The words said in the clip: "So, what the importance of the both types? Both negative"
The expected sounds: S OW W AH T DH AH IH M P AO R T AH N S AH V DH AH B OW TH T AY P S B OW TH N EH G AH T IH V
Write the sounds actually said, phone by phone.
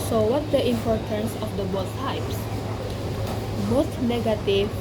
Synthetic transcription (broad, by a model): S OW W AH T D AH IH M P AO R T AH N S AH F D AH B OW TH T AY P S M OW T N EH G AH T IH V